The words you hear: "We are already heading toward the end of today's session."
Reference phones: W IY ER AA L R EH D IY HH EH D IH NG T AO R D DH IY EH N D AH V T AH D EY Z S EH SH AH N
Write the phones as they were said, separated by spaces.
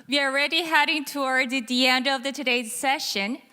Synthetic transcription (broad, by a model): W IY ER AA L R EH D IY HH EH D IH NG T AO R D DH IY EH N D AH V T AH D EY Z S EH SH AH N